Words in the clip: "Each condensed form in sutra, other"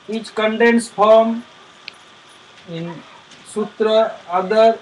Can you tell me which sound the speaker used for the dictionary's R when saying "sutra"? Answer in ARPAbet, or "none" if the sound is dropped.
R